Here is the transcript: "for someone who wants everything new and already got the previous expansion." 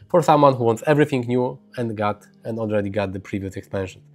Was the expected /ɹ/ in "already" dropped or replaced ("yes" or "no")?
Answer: no